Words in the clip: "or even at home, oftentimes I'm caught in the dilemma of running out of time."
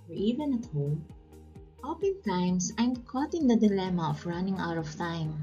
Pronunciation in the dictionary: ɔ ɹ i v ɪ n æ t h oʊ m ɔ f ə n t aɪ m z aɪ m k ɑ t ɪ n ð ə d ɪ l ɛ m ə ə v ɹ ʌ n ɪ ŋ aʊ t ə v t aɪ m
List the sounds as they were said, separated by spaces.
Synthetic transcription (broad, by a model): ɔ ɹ i v ɪ n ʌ t h oʊ m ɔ p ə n t aɪ m s aɪ m k ɑ t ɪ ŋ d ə d ɪ l ɛ m ə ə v ɹ ʌ n ɪ ŋ aʊ t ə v t aɪ m